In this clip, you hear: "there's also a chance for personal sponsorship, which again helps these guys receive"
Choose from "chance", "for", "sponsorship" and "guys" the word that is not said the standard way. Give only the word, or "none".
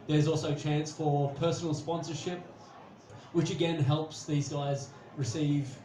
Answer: none